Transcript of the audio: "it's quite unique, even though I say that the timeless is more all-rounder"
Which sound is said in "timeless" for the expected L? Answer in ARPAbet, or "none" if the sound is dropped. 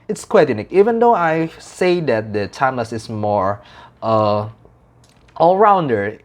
none